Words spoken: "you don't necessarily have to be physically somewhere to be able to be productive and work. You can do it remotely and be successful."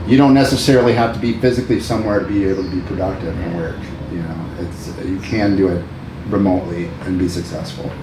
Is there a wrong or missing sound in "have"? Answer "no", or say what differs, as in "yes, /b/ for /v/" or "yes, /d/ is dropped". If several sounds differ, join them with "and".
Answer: yes, /f/ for /v/